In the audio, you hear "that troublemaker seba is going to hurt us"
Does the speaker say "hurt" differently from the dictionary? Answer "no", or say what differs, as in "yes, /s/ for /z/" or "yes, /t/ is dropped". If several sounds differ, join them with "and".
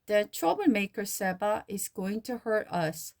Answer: no